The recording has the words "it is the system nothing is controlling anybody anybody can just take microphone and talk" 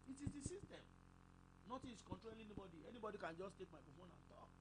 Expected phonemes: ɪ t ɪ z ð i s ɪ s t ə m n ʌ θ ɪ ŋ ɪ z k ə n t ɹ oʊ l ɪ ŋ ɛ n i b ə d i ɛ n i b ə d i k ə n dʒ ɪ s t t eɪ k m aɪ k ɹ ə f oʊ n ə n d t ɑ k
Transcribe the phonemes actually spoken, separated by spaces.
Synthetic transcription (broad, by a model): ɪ t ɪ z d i s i s t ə m n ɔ t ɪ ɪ s k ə n t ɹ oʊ l ɛ n i b ə d i ɛ n i b ə d i k ə n dʒ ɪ s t t eɪ k m aɪ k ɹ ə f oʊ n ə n t ɑ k